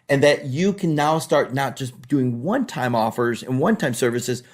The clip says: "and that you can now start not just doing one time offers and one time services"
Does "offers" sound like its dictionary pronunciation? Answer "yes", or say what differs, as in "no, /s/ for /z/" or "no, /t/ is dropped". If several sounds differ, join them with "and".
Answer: yes